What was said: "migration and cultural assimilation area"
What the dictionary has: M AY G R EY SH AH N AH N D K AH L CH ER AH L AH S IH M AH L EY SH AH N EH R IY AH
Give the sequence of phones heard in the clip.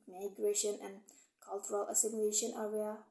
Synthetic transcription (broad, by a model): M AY G R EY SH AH N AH N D K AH L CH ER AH L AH S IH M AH EY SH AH N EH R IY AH